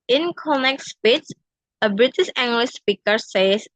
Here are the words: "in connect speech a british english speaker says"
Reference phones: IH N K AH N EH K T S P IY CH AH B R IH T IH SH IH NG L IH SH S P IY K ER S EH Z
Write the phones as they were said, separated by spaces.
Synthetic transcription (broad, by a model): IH N K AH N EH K S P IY S AH B R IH T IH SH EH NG L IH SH S P IY K ER S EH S